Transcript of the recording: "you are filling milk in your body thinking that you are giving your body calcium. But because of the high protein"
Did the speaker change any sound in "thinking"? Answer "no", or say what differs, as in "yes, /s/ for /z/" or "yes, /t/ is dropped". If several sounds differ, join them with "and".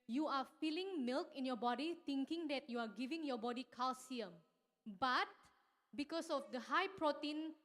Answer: yes, /t/ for /θ/